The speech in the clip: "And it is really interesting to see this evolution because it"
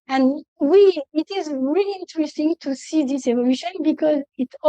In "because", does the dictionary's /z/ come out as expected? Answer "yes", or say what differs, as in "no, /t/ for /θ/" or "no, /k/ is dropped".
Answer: yes